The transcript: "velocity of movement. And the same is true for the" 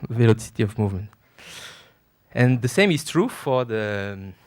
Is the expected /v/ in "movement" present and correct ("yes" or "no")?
yes